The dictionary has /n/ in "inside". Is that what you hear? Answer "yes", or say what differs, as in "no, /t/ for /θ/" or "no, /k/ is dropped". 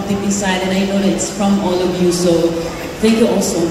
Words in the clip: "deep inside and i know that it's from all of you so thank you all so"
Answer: no, /n/ is dropped